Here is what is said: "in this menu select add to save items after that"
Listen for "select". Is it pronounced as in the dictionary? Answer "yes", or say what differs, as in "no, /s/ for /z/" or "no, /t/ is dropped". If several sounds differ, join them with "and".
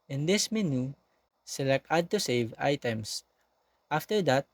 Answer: no, /t/ is dropped